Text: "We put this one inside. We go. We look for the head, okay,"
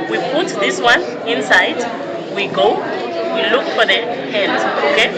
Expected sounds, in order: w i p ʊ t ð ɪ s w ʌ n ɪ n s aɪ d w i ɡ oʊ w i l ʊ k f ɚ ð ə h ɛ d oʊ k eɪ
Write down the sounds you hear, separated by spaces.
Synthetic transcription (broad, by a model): w i p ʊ t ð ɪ s w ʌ n ɪ n s aɪ d w i ɡ oʊ w i l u k f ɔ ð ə h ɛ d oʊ k eɪ